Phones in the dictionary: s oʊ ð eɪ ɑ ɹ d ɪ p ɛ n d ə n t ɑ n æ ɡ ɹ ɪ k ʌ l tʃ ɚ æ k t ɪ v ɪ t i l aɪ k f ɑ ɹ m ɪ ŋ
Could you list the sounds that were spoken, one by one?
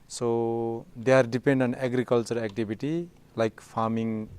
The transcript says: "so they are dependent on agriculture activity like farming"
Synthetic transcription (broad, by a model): s oʊ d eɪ ɑ ɹ d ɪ p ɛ n d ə ɑ n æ ɡ ɹ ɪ k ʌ l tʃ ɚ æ k t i b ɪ t i l aɪ k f ɑ ɹ m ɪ ŋ